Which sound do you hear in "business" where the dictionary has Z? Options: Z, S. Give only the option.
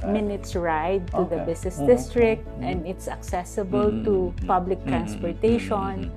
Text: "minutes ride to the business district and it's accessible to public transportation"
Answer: S